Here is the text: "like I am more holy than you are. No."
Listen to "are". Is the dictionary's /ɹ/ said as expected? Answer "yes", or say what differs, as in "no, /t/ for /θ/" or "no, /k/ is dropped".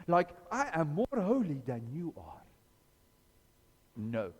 yes